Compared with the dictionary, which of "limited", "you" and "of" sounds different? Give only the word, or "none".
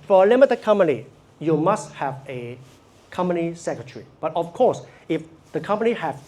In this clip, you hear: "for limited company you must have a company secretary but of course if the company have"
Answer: of